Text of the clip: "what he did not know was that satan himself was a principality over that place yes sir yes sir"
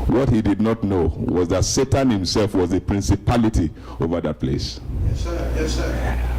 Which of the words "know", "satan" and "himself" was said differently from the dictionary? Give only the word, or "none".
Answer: none